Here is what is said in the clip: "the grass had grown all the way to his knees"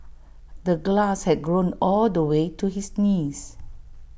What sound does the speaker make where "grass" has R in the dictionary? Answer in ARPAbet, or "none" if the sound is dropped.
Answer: L